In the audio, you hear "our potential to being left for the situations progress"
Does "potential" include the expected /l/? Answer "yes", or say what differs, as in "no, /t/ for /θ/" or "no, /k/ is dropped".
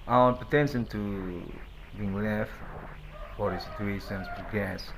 no, /n/ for /l/